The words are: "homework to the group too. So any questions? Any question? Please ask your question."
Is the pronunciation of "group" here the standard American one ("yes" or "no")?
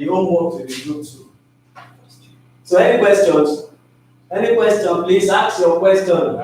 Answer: no